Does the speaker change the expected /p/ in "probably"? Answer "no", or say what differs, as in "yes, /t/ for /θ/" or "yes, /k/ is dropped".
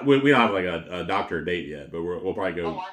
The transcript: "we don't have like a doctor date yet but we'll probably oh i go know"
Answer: no